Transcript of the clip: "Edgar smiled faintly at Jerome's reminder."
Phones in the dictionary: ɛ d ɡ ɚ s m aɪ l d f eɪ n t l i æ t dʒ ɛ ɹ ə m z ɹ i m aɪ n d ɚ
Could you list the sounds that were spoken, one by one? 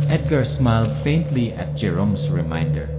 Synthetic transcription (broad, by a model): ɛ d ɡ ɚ s m aɪ l d f eɪ n t l i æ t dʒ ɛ ɹ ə m s ɹ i m aɪ n d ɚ